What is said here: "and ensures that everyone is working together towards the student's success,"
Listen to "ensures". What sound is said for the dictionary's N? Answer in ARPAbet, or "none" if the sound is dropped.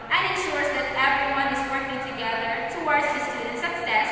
N